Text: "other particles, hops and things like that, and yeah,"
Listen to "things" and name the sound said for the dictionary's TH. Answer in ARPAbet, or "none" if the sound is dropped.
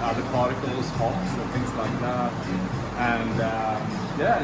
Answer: TH